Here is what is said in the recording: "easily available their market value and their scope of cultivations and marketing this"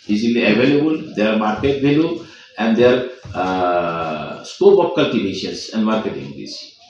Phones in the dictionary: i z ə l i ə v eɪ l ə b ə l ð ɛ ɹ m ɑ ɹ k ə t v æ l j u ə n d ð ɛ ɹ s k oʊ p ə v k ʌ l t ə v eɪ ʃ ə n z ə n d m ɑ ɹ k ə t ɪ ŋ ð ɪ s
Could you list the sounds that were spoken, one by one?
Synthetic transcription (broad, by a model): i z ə l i ə v eɪ l ə b ə l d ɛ ɹ m ɑ ɹ k ə t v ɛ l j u ə n d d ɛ ɹ s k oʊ b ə p k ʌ l t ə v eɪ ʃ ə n s ə n d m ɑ ɹ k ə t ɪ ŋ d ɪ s